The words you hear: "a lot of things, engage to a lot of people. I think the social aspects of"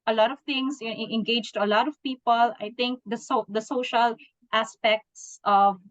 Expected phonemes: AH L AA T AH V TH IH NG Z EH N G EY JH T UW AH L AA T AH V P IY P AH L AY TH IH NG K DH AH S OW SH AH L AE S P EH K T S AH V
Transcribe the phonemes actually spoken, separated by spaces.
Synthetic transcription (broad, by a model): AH L AA T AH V T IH NG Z EH N G EY JH T UW AH L AA T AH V P IY P AH L AY T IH NG K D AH S OW SH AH L AE S P EH K T S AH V